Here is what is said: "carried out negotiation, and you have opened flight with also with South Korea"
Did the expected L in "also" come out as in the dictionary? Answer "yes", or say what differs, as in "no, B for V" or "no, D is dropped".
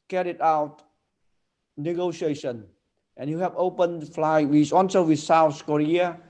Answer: no, N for L